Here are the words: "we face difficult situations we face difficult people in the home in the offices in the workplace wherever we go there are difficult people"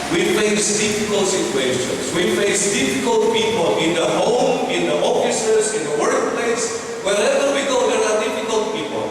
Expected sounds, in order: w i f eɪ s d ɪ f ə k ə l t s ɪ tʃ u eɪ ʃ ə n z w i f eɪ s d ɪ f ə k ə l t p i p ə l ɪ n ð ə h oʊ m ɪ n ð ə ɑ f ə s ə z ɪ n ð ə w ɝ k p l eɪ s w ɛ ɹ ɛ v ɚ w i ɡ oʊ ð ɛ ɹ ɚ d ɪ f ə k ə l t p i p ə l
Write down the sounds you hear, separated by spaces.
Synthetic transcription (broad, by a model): w i f eɪ s d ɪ f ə k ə l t s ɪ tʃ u eɪ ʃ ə n s w i f eɪ s d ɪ f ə k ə l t p i p ə l ɪ n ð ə h oʊ m ɪ n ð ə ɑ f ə s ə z ɪ n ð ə w ɝ k p l eɪ s w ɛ l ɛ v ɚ w i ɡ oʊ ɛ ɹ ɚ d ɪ f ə k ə l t p i p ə l